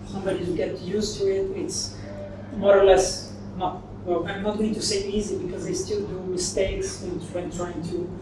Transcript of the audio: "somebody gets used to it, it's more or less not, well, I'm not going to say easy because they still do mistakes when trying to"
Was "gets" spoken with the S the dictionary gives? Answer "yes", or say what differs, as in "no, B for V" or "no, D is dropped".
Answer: no, S is dropped